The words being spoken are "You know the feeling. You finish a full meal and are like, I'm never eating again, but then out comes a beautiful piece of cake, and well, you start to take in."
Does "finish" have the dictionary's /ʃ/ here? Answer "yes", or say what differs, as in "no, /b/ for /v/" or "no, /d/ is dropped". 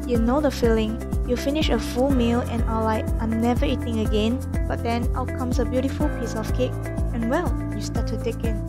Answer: yes